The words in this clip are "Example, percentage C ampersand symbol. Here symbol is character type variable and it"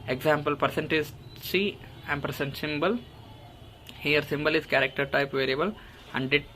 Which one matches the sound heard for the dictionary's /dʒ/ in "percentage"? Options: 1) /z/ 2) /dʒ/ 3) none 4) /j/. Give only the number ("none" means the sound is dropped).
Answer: 1